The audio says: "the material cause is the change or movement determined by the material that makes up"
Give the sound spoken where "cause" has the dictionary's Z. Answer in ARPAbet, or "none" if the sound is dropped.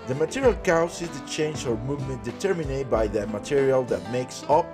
S